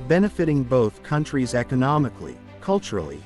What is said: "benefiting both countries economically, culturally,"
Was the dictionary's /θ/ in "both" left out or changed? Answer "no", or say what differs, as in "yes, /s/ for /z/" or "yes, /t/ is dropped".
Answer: no